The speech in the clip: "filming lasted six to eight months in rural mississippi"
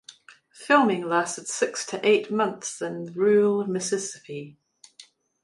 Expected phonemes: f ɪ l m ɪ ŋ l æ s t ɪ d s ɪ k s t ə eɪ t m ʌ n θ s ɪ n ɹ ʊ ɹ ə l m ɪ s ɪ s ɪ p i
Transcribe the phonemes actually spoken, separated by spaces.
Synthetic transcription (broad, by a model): f ɪ l m ɪ ŋ l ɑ s t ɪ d s ɪ k s t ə eɪ t m ʌ n θ s ɪ n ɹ ɹ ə l m ɪ s ɪ s ɪ p i